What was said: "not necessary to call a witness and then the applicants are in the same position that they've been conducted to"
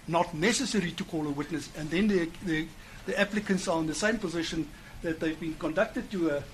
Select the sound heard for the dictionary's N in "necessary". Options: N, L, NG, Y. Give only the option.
N